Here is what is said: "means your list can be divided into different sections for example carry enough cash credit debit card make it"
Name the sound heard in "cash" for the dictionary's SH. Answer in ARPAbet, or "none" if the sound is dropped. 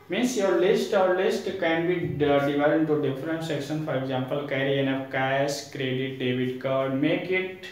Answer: S